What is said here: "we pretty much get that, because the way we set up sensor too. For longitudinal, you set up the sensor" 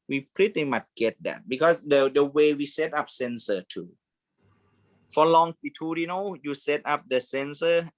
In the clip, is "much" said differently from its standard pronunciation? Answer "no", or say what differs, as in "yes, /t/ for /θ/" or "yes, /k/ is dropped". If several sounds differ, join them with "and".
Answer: yes, /s/ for /tʃ/